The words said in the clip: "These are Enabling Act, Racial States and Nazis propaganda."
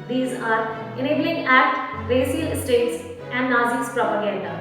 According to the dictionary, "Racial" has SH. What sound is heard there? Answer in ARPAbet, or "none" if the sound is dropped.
S